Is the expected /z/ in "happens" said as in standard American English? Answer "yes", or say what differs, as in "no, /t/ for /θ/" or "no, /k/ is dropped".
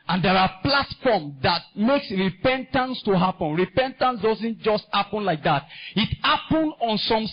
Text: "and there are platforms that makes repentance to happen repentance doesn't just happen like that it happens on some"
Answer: no, /z/ is dropped